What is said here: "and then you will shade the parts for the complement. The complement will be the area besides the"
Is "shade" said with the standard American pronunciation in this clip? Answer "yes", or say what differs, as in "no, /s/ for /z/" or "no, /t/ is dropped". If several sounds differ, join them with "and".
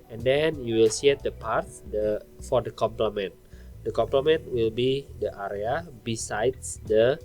no, /s/ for /ʃ/